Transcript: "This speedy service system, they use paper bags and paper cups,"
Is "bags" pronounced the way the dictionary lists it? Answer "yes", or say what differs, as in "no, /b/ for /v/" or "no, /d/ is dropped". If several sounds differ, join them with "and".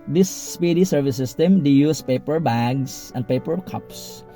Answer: no, /s/ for /z/